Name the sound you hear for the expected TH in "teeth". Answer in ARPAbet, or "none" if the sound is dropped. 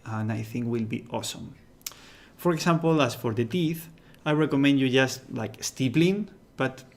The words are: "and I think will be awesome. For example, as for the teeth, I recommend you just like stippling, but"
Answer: TH